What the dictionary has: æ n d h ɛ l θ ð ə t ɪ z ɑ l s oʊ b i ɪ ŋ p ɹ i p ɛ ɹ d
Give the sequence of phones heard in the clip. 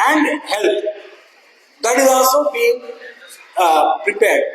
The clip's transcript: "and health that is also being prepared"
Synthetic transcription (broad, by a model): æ n d h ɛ l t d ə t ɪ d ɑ s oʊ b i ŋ p ɹ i p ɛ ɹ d